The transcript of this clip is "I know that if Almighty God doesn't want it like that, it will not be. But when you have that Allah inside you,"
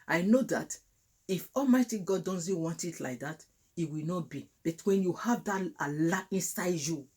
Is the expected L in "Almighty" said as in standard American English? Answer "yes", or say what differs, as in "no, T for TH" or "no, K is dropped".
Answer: yes